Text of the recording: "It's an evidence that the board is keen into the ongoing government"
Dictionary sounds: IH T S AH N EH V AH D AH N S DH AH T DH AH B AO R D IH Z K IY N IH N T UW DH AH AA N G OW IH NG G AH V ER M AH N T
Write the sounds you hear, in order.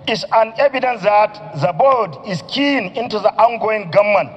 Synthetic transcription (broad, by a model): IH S AH N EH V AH D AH N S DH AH T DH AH B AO L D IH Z K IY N IH N T UW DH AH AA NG G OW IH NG G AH M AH N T